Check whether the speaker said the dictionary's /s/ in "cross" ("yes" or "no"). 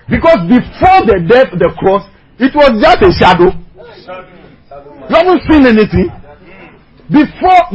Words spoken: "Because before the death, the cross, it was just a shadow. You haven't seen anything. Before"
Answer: yes